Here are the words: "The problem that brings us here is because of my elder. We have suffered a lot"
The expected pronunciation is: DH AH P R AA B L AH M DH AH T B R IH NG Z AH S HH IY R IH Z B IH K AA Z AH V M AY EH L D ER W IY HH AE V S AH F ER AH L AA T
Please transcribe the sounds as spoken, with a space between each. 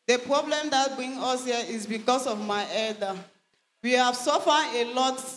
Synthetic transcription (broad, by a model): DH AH P R AA B L AH M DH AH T B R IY NG AH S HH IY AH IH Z B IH K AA S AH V M AY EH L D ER W IY HH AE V S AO F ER AH L AA T